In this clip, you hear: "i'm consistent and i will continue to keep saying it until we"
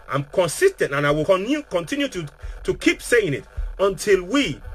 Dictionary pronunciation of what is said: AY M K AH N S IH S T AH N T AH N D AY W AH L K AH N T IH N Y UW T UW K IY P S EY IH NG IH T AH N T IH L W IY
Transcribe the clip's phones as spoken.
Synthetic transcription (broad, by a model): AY M K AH N S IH S T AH N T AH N AY W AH N K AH N T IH N Y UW T UW K IY P S EY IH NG IH T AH N T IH L W IY